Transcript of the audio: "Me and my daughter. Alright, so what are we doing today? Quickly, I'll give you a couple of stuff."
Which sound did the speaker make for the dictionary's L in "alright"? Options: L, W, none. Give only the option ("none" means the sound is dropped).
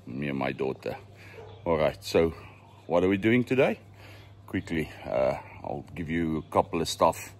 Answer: L